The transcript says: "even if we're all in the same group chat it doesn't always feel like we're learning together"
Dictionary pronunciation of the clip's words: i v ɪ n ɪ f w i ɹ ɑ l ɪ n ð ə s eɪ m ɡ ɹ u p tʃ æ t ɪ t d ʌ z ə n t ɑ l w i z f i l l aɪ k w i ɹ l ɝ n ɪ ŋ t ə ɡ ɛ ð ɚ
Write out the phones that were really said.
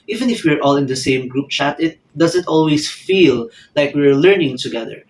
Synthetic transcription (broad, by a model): i v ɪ n ɪ f w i ɹ ɑ l ɪ n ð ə s eɪ m ɡ ɹ u p tʃ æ t ɪ t d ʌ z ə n t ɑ l w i s f i l l aɪ k w i ɹ l ɝ n ɪ ŋ t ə ɡ ɛ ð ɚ